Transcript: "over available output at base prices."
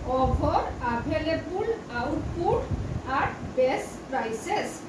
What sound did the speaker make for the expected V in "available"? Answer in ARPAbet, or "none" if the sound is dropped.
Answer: B